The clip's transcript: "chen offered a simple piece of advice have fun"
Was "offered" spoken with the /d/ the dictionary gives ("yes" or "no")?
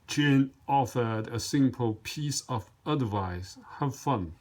yes